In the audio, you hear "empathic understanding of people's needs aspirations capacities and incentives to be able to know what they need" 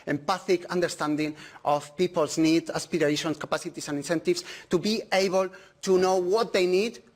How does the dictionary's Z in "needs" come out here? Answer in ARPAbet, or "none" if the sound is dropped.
none